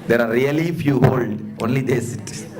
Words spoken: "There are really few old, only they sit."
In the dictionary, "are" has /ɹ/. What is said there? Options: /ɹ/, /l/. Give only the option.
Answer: /ɹ/